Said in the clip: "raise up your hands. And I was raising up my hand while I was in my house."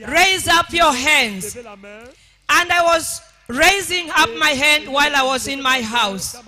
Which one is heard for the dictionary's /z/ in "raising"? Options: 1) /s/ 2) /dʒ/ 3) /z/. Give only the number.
3